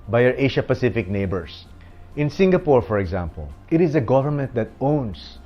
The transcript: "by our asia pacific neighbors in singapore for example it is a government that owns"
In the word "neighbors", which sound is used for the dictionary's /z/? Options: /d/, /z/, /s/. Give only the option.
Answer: /s/